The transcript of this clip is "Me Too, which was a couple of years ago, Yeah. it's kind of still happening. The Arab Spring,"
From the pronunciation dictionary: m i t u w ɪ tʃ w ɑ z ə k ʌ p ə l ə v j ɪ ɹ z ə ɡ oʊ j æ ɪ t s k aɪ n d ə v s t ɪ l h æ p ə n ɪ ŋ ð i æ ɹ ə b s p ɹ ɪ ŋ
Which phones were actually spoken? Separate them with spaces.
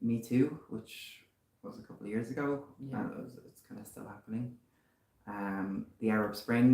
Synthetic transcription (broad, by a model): m i t u w ɪ tʃ w ɑ z ə k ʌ p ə l ə v j ɪ ɹ z ə ɡ oʊ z ɪ t s k aɪ n d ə s t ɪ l h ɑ p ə n ɪ ŋ ð i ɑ ɹ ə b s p ɹ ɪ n